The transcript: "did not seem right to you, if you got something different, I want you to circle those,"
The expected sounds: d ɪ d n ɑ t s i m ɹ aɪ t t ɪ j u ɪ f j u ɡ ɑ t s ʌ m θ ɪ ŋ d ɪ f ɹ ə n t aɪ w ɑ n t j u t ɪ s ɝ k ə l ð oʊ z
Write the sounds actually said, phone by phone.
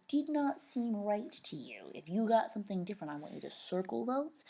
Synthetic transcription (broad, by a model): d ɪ d n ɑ t s i m ɹ aɪ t t ɪ j u ɪ f j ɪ ɡ ɑ t s ʌ m θ ɪ ŋ d ɪ f ɹ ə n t aɪ w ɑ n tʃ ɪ t ɪ s ɝ k l ð oʊ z